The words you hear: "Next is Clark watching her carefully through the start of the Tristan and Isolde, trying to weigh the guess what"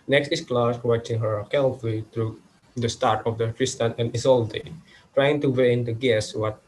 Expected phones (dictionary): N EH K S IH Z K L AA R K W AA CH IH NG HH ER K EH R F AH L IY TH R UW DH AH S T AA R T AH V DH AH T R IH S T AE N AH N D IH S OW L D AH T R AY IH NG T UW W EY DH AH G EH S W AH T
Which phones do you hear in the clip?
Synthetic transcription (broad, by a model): N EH K S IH S K L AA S W AA CH IH NG HH ER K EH L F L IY T R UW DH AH S T AA R T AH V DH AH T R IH S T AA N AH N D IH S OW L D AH T R AY IH NG T UW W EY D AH G EH S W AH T